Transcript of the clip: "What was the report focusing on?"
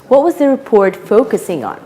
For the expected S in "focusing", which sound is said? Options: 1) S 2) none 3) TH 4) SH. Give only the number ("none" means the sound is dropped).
1